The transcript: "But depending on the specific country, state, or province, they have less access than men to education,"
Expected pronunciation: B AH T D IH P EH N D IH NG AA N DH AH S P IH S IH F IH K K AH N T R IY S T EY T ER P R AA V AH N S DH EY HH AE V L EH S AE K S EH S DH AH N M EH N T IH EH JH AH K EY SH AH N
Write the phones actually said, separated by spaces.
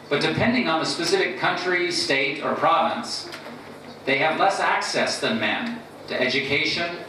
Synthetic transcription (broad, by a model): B AH T D IH P EH N D IH NG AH N DH AH S P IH S IH F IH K K AH N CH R IY S T EY T ER P R AA V AH N S DH EY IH V L EH S AE K S EH S DH AH N M EH N T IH EH JH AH K EY SH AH N